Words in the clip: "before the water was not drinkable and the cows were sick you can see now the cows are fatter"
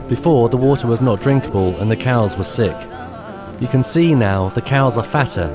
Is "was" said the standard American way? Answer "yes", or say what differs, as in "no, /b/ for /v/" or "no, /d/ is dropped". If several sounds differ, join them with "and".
yes